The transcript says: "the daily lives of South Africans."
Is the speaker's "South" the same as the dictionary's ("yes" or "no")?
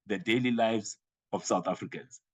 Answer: no